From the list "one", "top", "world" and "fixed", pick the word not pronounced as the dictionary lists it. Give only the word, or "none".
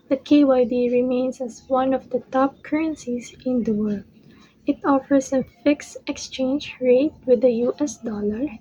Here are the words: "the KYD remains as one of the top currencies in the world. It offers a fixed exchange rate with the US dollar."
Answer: none